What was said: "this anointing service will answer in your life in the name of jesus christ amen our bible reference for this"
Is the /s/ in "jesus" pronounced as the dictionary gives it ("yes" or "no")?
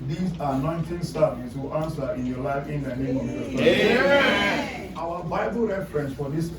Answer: no